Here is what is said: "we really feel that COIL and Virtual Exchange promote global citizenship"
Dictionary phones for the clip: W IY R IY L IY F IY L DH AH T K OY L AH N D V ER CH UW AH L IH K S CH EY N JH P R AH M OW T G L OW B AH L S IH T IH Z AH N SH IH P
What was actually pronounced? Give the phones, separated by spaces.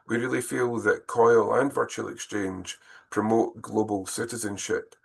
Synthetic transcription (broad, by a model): W IY R IY L IY F IY L DH AH T K OY L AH N V ER CH UW AH L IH K S CH EY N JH P R AH M OW T G L OW B AH L S IH T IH Z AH N SH IH P